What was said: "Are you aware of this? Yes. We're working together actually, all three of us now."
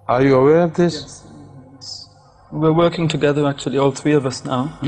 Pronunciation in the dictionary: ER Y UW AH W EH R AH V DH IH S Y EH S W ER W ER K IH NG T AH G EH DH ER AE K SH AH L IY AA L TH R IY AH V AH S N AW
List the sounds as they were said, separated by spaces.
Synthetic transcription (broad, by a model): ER Y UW AH W EH R AH V DH IH S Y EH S W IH W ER K IH NG T AH G EH DH ER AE K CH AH L IY AA L TH R IY AH V AH S N AW